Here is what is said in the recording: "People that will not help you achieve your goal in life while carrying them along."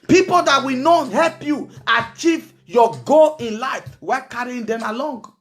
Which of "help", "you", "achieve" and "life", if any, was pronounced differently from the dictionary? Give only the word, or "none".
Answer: none